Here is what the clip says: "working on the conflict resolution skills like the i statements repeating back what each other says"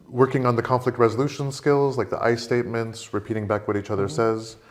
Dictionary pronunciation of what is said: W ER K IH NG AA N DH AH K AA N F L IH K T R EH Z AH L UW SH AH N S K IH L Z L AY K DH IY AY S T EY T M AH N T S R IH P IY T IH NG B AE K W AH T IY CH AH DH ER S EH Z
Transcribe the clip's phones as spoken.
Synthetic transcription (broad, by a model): W ER K IH NG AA N DH AH K AA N F L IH K T R EH Z AH L UW SH AH N S K IH L Z L AY K DH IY AY S T EY T M AH N T S R IH P IY T IH NG B AE K W AH T IY CH AH DH ER S EH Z